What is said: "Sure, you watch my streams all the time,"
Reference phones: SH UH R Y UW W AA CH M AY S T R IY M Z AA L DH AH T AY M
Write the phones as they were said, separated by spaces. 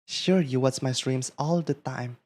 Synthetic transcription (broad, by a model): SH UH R Y UW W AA S M AY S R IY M S AA L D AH T AY M